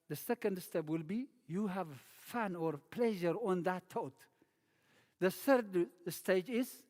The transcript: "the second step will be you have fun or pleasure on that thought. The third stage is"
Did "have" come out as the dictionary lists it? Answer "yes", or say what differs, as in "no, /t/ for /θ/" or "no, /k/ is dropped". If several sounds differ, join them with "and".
yes